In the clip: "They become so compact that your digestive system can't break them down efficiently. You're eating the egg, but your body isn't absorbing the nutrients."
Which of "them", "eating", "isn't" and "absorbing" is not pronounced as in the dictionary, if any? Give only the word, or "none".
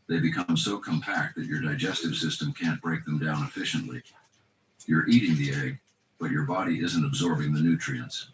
none